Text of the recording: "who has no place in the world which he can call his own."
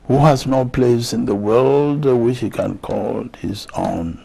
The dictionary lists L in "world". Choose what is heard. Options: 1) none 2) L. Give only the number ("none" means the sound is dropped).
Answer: 2